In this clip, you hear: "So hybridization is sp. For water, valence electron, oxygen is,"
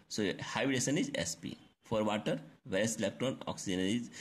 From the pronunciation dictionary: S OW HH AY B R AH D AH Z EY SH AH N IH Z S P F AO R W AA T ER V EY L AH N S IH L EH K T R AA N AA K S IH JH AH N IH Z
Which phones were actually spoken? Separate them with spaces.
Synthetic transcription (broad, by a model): S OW HH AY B AH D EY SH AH N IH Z S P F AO R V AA T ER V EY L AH S IH L EH K T R AA N AA K S IH JH AH N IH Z